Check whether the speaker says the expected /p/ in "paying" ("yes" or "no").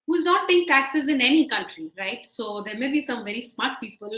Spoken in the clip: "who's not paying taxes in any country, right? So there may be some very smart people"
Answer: no